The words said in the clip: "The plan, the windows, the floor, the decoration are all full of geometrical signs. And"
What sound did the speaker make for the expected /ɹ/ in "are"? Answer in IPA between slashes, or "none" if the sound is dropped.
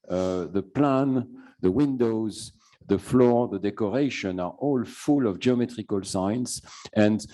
/ɹ/